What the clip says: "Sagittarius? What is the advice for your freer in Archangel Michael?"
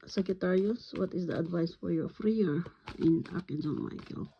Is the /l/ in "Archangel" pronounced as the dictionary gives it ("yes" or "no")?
no